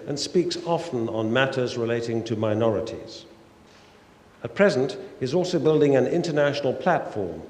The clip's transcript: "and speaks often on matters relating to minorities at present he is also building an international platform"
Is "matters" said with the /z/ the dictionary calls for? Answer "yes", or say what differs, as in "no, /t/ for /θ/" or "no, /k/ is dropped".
yes